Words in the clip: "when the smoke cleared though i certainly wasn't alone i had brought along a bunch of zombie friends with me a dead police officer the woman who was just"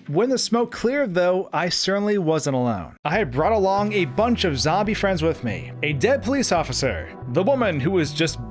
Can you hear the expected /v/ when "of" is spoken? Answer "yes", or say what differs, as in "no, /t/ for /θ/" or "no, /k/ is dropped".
yes